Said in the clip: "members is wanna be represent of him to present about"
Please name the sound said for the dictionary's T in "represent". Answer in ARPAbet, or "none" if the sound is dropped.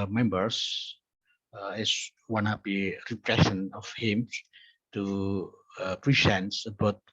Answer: none